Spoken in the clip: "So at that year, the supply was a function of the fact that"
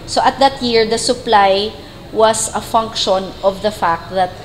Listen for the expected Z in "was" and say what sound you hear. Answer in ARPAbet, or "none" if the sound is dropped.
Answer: S